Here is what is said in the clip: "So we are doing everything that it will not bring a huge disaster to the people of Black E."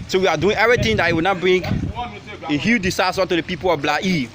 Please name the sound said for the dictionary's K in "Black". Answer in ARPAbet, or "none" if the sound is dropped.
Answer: none